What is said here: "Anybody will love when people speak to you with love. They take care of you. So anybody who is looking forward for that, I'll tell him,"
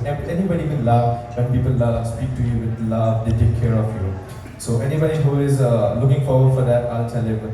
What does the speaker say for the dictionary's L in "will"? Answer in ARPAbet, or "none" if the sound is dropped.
N